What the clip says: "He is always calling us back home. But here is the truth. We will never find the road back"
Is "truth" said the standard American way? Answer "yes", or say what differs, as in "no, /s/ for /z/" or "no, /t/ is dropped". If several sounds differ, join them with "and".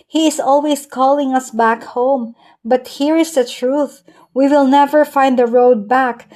yes